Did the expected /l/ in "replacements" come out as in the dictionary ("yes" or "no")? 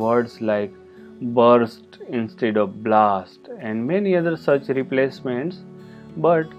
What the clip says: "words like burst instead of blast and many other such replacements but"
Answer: yes